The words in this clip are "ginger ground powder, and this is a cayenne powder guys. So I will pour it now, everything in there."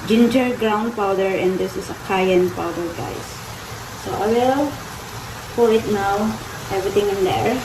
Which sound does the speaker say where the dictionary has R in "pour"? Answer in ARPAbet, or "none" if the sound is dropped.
L